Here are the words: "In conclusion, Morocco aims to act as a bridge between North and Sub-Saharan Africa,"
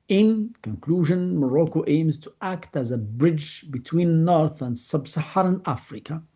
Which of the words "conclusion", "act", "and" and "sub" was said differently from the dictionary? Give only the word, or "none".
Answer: none